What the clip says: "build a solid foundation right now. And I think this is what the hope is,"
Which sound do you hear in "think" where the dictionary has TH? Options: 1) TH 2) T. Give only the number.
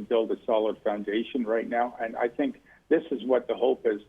1